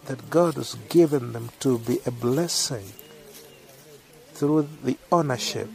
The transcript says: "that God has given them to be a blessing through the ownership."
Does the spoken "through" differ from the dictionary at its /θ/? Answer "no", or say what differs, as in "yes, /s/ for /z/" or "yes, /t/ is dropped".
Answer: no